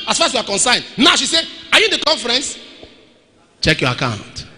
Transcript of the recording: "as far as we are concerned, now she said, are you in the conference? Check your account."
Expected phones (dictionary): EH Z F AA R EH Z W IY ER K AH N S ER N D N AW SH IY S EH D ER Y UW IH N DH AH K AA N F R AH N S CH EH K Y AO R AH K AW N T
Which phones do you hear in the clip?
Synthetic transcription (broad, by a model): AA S F AA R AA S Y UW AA K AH N S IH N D N AW SH IY S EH AA Y UW IH N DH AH K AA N F R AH N S CH EH K Y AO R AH K AW N T